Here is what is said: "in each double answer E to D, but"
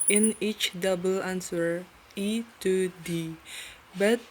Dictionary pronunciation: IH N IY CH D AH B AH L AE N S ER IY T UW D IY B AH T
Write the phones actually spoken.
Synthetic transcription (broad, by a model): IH N IY CH D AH B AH L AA N S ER IY T UW D IY B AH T